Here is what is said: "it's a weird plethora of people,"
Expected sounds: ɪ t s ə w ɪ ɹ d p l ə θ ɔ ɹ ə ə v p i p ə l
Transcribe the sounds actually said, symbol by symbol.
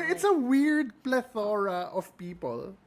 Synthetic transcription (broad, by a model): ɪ t s ə w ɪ ɹ d p l ə θ ɔ ɹ ə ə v p i p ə l